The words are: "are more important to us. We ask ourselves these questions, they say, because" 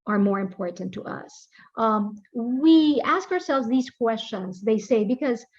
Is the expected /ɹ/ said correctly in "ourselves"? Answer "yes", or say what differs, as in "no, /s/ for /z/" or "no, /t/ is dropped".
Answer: yes